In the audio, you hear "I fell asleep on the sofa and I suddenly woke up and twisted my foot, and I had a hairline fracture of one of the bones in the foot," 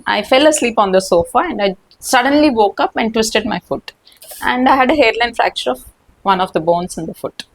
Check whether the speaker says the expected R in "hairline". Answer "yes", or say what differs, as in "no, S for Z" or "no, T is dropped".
yes